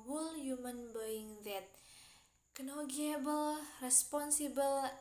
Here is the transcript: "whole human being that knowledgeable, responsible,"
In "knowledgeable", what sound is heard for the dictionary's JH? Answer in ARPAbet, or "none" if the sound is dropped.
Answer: none